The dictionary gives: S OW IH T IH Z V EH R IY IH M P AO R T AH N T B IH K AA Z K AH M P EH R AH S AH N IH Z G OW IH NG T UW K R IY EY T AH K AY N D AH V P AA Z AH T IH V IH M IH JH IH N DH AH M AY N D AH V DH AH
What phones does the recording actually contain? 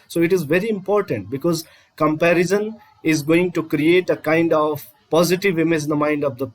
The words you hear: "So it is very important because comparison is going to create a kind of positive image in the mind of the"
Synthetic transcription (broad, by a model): S OW IH T IH Z V EH R IY IH M P AO R T AH N T B IH K AA Z K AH M P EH R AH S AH N IH Z G OW IH NG T UW K R IY EY T AH K AY N D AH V P AA Z AH T IH V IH M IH Z IH N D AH M AY N D AH V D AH